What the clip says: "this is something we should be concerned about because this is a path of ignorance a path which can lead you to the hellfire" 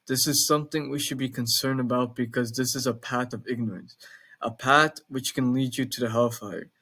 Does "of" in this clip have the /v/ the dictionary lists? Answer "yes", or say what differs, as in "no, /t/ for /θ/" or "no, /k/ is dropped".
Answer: yes